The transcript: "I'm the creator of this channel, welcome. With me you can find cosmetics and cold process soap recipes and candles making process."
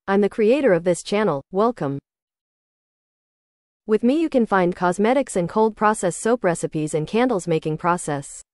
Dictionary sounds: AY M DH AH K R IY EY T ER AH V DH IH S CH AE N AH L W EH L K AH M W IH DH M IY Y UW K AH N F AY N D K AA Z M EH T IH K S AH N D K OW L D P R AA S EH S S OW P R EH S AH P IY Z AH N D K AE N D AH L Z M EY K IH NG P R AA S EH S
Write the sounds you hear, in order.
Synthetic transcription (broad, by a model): AY M DH AH K R IY EY T ER AH V DH IH S CH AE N L W EH L K AH M W IH DH M IY Y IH K AH N F AY N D K AA Z M EH T IH K S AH N K OW L D P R AA S EH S S OW P R EH S AH P IY Z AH N K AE N D L Z M EY K IH NG P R AA S EH S